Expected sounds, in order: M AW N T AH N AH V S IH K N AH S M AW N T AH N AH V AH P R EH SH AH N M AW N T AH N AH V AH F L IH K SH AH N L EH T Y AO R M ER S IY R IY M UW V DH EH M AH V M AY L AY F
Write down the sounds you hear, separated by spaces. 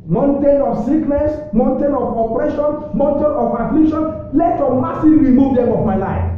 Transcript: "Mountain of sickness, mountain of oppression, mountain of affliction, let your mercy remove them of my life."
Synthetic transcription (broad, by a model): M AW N T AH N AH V S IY K N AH S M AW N T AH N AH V AH P R EH SH AH N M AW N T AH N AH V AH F L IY K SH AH N L EH T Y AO M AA S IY R IY M UW V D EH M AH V M AY L AY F